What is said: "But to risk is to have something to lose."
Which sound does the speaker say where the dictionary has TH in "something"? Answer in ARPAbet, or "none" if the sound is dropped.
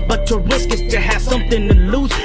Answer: TH